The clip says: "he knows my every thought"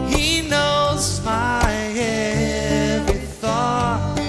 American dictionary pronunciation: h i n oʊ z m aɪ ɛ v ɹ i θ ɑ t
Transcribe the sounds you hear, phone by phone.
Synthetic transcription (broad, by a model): h i n oʊ z m aɪ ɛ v i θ ɑ t